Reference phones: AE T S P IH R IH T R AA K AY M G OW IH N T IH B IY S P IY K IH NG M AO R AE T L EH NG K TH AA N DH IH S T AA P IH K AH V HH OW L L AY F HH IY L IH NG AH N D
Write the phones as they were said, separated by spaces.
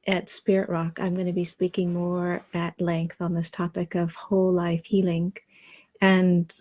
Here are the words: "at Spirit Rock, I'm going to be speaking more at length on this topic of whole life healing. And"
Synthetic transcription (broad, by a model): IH T S P IH R IH T R AA K AY M G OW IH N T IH B IY S P IY K IH NG M AO R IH T L EH NG K TH N DH IH S T AA P IH K AH V HH OW L L AY F HH IY L IH NG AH N